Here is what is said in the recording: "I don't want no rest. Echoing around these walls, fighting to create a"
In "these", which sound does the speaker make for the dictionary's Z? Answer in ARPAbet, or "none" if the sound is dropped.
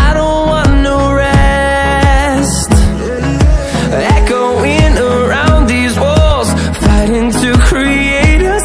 Z